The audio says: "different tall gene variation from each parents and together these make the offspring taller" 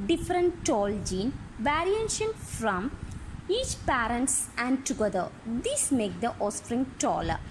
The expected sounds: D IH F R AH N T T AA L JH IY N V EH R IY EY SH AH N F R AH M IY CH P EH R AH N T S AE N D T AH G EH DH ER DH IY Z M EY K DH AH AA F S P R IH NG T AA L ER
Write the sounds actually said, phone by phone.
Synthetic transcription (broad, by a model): D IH F R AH N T T AA L JH IY N V EH R IY EY SH AH N F R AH M IY CH P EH R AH N T S AE N D T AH G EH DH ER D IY S M EY K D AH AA S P R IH NG T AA L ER